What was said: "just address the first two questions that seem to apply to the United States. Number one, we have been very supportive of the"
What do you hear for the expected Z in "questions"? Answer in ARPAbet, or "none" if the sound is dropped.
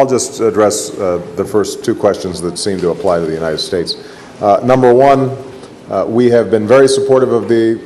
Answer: Z